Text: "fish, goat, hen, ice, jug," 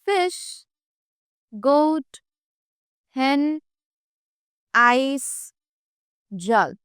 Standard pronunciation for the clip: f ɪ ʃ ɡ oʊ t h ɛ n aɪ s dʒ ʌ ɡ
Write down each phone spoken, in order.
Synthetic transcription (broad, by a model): f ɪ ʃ ɡ oʊ t h ɛ n aɪ s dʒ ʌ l